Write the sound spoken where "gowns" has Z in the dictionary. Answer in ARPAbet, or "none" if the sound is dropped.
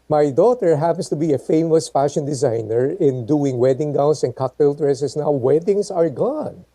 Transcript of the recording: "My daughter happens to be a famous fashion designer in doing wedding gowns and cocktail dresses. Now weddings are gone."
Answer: S